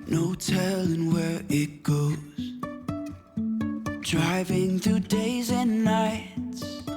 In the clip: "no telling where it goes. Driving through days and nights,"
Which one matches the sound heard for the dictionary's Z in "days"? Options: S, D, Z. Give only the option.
Z